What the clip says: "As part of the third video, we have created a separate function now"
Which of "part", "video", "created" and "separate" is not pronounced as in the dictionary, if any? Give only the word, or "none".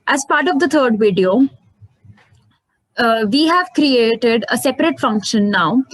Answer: none